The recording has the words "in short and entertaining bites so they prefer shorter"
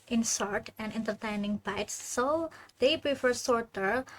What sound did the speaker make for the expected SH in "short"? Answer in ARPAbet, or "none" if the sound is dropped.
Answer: S